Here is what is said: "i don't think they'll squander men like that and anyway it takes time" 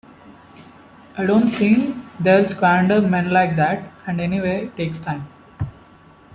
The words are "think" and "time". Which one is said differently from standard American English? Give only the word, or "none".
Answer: think